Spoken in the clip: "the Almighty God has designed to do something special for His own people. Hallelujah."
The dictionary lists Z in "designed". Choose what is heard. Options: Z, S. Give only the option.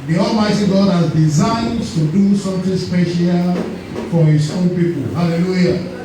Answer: Z